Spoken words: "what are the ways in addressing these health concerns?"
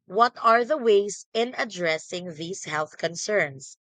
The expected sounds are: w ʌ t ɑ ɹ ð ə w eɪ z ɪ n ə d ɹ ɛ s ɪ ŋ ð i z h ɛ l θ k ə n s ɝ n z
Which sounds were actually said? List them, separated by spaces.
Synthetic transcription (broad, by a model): w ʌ t ɑ ɹ ð ə w eɪ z ɪ n ə d ɹ ɛ s ɪ ŋ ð i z h ɛ l θ k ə n s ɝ n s